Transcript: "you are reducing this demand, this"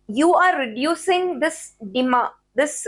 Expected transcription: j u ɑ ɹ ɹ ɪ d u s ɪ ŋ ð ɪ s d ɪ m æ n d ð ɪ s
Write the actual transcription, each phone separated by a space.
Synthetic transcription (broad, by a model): j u ɑ ɹ ɹ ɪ d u s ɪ ŋ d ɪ s d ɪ m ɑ d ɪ s